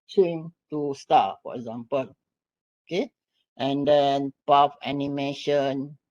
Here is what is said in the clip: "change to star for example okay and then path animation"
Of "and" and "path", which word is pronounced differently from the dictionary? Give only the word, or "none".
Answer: path